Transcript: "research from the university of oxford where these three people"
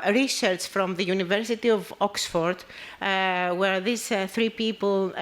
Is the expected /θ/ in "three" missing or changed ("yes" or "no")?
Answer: no